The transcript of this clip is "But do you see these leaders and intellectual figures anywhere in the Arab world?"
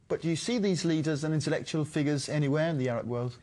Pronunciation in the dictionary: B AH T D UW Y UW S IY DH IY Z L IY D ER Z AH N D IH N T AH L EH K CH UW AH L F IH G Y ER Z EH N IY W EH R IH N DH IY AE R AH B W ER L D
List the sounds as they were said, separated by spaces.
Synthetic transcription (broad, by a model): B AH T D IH Y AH S IY DH IY Z L IY D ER Z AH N IH N T AH L EH K CH UW AH L F IH G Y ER Z EH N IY W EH R IH N DH IY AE R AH B W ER L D